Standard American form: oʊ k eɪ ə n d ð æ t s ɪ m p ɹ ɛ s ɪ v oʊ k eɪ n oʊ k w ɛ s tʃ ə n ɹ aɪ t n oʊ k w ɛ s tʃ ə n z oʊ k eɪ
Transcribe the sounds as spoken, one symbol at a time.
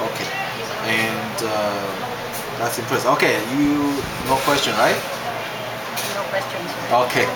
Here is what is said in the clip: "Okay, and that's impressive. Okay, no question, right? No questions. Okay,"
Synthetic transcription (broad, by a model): oʊ k eɪ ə n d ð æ t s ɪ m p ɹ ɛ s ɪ oʊ k eɪ n oʊ k w ɛ s tʃ ə n ɹ aɪ t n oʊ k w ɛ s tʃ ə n oʊ k eɪ